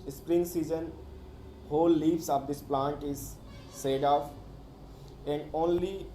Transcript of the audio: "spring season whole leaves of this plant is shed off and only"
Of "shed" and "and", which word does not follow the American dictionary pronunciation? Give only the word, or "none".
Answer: shed